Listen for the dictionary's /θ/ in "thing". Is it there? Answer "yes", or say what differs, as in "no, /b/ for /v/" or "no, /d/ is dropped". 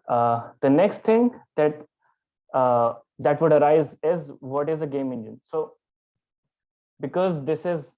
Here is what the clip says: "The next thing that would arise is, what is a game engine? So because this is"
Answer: no, /t/ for /θ/